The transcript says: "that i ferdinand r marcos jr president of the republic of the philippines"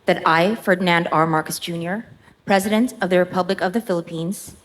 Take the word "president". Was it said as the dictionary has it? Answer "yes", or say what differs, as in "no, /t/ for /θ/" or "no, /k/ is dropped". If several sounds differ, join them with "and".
yes